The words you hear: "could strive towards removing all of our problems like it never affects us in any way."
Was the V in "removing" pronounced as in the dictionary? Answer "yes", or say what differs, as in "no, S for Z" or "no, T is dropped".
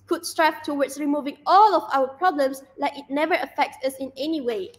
yes